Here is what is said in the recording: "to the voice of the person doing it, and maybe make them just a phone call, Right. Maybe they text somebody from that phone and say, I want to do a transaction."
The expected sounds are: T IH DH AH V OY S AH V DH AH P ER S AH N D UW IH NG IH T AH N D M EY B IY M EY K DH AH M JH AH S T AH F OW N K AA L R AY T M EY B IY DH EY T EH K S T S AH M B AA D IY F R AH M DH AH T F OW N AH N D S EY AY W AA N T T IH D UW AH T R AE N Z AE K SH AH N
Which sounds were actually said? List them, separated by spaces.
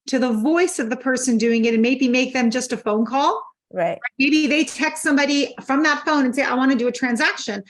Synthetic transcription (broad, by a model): T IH DH AH V OY S AH V DH AH P ER S AH N D UW IH NG IH T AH N M EY B IY M EY K DH AH M JH AH S T AH F OW N K AA L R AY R M EY B IY DH EY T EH K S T S AH M B AA D IY F R AH M DH AH T F OW N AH N S EY AY W AA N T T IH D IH AH T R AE N Z AE K SH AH N